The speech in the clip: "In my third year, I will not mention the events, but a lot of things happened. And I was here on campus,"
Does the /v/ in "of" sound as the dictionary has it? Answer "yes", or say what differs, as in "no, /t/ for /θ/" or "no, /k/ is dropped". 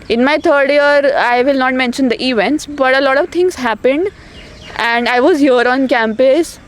yes